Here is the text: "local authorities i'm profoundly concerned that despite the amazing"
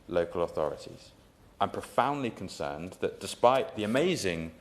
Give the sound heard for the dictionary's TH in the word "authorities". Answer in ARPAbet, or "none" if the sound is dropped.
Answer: TH